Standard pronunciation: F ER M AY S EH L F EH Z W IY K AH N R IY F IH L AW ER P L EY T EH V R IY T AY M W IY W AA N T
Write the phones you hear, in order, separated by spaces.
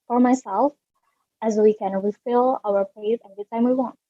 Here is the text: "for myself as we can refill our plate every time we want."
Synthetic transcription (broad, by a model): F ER M AY S EH L F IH Z W IY K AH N W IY F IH L AW ER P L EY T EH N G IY T AY M W IY W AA N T